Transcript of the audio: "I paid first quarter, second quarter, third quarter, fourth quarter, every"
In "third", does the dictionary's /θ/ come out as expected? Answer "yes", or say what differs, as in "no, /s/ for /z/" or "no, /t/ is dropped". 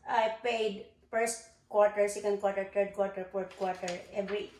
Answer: no, /t/ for /θ/